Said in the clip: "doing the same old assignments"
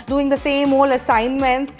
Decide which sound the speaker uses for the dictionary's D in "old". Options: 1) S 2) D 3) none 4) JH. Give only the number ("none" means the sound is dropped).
3